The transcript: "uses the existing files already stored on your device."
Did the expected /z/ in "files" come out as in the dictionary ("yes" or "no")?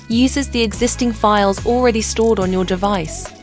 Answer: yes